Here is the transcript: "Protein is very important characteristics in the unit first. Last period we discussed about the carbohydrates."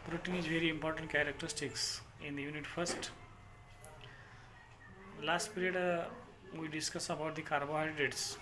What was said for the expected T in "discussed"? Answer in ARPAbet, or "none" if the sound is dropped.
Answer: none